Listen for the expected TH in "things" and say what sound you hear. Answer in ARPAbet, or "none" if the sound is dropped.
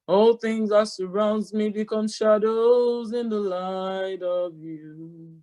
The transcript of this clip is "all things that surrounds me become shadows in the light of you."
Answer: TH